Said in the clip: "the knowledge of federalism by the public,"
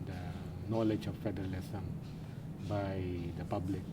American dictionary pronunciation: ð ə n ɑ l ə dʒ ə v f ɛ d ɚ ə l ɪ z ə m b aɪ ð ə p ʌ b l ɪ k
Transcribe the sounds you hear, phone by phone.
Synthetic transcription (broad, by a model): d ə n ɑ l ə dʒ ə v f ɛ d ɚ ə l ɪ s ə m b aɪ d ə p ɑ b l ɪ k